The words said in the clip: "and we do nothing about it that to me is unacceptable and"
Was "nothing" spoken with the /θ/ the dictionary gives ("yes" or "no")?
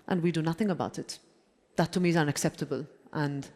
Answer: yes